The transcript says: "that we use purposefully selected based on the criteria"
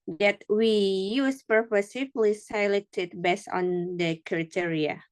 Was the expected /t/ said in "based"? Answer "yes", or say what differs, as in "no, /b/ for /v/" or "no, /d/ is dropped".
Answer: no, /t/ is dropped